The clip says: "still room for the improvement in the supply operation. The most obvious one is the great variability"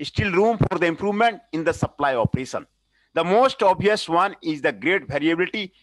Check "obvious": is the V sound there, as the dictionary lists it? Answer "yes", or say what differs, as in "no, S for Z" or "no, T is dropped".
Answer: no, V is dropped